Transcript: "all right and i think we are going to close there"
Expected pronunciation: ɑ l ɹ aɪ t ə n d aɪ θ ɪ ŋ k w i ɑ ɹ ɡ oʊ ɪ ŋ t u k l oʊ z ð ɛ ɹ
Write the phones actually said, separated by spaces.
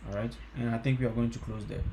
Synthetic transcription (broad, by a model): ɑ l ɹ aɪ t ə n aɪ t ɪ ŋ k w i ɑ ɹ ɡ oʊ ɪ ŋ t u k l oʊ z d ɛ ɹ